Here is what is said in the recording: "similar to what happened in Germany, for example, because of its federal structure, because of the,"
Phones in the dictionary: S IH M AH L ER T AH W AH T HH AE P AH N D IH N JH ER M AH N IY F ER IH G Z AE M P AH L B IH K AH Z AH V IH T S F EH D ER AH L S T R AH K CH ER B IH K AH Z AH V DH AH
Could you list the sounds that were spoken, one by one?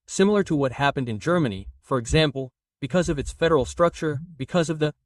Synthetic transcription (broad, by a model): S IH M L ER T AH W AH T HH AE P AH N D IH N JH ER M AH N IY F ER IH G Z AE M P L B IH K AH Z AH V IH T S F EH D ER L S T R AH K CH ER B IH K AH Z AH V DH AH